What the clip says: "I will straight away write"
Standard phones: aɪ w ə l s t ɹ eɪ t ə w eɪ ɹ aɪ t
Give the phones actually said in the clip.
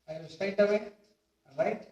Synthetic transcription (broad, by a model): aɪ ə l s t eɪ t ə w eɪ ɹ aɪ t